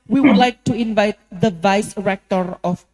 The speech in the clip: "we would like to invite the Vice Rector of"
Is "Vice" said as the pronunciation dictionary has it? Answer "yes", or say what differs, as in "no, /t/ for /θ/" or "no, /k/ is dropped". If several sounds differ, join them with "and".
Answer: yes